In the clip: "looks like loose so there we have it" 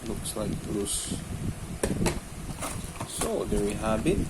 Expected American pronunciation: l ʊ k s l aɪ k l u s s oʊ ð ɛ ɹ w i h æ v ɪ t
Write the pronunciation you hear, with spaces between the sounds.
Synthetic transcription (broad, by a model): l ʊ k s l aɪ k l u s s oʊ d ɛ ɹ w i h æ b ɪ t